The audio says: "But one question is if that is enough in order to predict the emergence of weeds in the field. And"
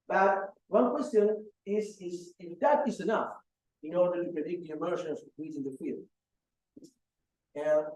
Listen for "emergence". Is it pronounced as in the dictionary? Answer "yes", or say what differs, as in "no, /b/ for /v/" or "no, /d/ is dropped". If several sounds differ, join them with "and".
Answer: no, /ʃ/ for /dʒ/